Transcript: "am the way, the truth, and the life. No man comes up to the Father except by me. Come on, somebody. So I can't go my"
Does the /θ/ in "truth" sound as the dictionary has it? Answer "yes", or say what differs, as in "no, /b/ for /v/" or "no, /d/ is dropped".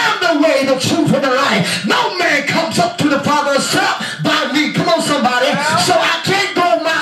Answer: no, /f/ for /θ/